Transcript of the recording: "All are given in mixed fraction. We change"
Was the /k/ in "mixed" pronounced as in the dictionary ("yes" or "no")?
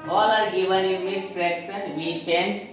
no